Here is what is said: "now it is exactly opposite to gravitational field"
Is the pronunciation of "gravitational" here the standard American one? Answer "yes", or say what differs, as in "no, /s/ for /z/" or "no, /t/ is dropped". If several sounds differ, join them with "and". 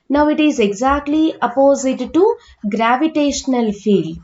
yes